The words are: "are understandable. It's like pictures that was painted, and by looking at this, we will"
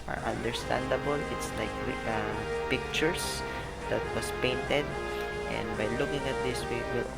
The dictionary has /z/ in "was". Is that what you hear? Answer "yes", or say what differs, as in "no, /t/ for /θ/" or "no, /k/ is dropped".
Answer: no, /s/ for /z/